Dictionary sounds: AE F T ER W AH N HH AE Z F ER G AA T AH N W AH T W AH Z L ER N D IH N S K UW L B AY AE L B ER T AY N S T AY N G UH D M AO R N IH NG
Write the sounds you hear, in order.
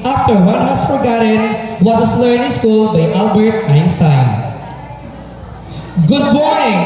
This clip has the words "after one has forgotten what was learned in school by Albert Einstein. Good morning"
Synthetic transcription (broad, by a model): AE F T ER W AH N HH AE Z F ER G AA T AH N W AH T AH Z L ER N IH S K UW L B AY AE L B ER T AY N S T AY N G UH D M AO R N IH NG